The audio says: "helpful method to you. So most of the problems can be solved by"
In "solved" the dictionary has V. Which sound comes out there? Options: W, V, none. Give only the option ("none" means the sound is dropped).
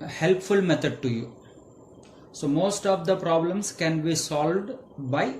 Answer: V